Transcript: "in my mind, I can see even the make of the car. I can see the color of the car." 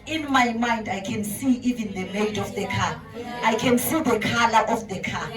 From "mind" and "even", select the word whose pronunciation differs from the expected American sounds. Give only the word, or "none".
none